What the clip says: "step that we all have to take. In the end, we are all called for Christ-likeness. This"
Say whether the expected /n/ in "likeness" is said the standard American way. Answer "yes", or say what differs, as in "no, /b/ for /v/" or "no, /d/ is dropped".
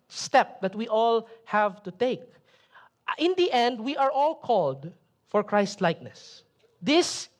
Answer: yes